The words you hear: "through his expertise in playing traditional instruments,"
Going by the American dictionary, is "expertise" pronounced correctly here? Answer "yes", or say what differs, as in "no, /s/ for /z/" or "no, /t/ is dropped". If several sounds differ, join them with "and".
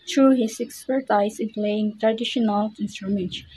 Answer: no, /z/ is dropped